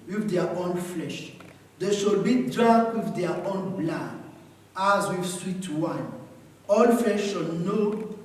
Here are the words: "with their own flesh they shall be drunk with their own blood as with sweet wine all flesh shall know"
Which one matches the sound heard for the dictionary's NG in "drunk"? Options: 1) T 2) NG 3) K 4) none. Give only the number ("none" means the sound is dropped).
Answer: 4